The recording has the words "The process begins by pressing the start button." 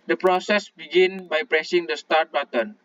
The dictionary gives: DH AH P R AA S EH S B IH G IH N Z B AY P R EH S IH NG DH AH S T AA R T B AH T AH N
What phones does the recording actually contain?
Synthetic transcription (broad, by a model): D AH P R AA S EH S B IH G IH N B AY P R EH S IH NG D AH S T AA R T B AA T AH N